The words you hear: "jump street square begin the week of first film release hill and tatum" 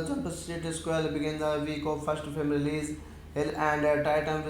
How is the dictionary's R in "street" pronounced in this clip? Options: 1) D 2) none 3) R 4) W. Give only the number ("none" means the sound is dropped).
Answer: 2